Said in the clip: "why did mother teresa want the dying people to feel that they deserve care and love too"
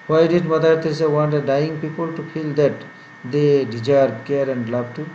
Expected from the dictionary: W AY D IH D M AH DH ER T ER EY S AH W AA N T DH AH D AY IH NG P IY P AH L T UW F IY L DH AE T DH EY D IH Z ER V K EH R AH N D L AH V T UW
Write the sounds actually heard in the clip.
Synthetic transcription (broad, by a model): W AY D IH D M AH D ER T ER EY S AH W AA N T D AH D AY IH NG P IY P AH L T UW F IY L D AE T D EY D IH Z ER B K EH R AH N D L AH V T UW